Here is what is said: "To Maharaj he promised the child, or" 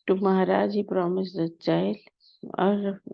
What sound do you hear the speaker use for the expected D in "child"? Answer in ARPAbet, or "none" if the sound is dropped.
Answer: none